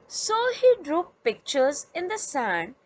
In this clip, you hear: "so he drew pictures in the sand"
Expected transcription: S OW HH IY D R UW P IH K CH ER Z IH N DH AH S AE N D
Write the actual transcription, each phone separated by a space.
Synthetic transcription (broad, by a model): S OW HH IY D R UW P IH K CH ER Z IH N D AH S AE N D